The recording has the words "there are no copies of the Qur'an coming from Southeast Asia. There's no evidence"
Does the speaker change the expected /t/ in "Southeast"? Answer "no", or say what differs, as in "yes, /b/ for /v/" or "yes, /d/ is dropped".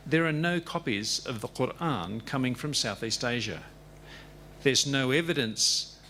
no